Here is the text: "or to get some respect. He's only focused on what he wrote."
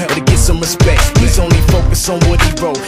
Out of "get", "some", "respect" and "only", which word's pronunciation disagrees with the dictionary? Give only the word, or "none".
none